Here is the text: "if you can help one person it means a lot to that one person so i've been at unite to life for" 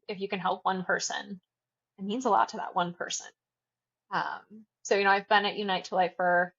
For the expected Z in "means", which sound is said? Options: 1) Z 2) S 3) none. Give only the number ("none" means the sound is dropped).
1